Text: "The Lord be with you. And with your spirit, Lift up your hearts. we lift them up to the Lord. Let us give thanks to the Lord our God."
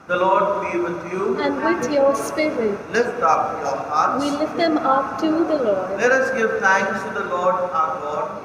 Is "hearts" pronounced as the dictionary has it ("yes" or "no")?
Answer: no